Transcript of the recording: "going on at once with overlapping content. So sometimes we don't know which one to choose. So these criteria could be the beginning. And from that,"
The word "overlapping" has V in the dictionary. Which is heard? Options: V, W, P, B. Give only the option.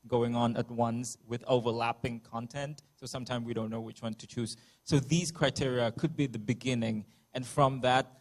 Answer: V